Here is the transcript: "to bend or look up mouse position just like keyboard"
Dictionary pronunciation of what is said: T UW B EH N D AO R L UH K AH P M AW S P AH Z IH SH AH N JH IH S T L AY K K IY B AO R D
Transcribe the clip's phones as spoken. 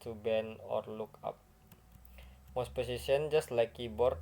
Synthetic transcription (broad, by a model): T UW B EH N AO R L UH K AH P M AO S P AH S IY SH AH N JH IH S T L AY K K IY B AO R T